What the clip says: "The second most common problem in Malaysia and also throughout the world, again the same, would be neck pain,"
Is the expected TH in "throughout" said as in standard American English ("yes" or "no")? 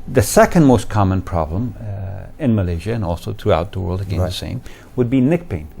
yes